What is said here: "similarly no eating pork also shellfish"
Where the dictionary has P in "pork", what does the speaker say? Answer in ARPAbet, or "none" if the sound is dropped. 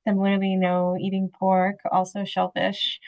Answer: P